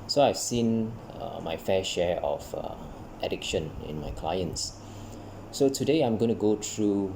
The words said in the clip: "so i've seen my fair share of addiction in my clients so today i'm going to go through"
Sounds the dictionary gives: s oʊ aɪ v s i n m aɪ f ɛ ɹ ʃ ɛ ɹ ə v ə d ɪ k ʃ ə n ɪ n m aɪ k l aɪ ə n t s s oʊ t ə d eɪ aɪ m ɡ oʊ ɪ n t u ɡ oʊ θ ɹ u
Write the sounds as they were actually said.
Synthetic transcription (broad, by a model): s oʊ aɪ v s i n m aɪ f ɛ ʃ ɛ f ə ə d ɪ k ʃ ə n ɪ n m aɪ k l aɪ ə n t s s oʊ t ə d eɪ aɪ m ɡ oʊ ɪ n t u ɡ oʊ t ɹ u